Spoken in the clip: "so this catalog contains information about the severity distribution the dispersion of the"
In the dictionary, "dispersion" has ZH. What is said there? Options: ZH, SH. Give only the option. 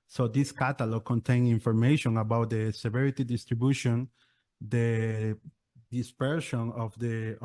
SH